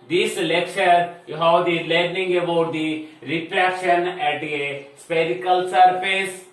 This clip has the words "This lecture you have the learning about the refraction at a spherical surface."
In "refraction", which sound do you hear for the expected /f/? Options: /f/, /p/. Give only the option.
/p/